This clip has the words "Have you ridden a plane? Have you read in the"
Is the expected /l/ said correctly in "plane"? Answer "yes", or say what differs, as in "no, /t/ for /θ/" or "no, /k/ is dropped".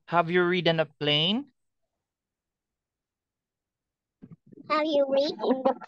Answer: yes